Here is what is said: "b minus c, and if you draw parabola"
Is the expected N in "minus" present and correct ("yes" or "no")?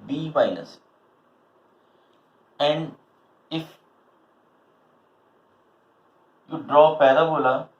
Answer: no